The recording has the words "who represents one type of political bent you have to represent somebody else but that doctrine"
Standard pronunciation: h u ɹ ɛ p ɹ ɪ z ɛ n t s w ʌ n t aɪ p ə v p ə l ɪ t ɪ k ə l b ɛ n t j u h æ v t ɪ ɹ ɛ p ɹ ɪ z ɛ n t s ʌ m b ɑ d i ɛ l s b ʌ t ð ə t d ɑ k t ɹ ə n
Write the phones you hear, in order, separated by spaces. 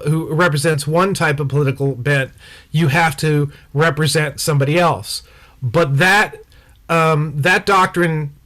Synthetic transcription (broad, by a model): h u ɹ ɛ p ɹ ɪ z ɛ n t s w ʌ n t aɪ p ə v p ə l ɪ t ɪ k l b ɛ n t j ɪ h æ f t ɪ ɹ ɛ p ɹ ɪ z ɛ n t s ʌ m b ɑ d i ɛ l s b ʌ t ð ə t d ɑ k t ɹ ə n